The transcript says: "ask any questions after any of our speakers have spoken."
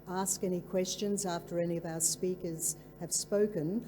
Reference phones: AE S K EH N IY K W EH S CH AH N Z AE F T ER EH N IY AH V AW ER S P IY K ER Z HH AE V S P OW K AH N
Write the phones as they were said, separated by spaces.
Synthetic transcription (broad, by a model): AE S K EH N IY K W EH S CH AH N Z AE F T ER EH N IY AH V AW ER S P IY K ER Z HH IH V S P OW K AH N